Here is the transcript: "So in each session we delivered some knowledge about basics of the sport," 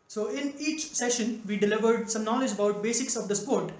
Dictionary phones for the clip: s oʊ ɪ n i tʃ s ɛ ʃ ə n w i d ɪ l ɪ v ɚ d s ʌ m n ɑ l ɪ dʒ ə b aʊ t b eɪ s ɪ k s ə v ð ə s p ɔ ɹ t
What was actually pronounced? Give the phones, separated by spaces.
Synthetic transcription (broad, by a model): s oʊ ɪ n i tʃ s ɛ ʃ ə n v i d ɪ l ɪ v ɚ d s ʌ m n ɑ l ɪ dʒ ə b aʊ t b eɪ s ɪ k s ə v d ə s p ɔ ɹ t